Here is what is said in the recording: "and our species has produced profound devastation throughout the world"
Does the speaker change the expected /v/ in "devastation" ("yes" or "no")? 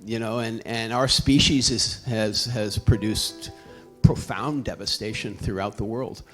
no